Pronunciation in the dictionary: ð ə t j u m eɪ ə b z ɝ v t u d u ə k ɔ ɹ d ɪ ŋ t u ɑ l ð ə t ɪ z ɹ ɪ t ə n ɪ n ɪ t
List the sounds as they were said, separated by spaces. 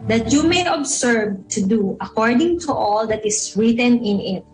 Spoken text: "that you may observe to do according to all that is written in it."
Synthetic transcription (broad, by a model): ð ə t j u m eɪ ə b s ɝ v t u d u ə k ɔ ɹ d ɪ ŋ t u ɑ l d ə t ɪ s ɹ ɪ t ə n ɪ n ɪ t